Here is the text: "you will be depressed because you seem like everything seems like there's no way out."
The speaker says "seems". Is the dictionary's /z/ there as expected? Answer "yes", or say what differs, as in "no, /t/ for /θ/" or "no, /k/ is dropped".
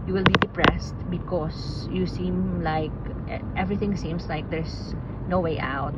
no, /s/ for /z/